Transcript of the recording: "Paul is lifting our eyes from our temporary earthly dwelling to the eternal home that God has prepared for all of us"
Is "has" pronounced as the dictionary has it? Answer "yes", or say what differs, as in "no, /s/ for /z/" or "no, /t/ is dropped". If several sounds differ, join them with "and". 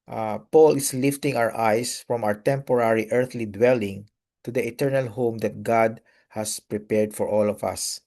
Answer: no, /s/ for /z/